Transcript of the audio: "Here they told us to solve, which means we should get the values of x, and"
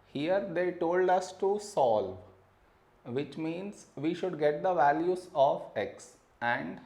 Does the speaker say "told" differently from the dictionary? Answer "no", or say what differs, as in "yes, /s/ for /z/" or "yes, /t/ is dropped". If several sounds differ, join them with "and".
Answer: no